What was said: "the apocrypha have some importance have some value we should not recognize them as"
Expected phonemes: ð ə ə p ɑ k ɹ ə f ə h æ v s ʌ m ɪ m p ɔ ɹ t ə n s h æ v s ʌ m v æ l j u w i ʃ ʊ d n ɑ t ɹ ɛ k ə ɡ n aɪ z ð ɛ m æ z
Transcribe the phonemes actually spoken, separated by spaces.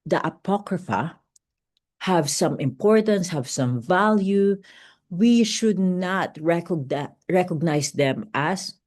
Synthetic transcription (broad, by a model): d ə ə p ɑ k ɹ ə f ə h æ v s ʌ m ɪ m p ɔ ɹ t ə n s h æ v s ʌ m v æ l j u w i ʃ ʊ d n ɑ t ɹ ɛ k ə ɡ n aɪ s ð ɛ m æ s